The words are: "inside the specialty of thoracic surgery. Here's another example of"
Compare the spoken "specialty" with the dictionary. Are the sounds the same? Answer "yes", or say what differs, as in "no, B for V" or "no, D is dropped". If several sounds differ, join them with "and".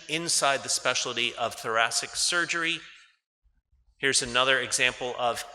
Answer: no, L is dropped